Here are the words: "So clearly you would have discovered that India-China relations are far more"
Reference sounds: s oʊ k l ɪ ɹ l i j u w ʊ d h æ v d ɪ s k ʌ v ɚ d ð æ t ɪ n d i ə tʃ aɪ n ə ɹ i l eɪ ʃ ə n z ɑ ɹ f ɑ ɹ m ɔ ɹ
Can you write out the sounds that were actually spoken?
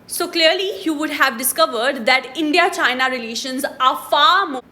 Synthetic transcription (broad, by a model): s oʊ k l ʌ ɹ l i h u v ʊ d h æ v d ɪ s k ʌ v ɚ d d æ t ɪ n d i ə tʃ aɪ n ə ɹ i l eɪ ʃ ə n z ɑ ɹ f ɑ ɹ m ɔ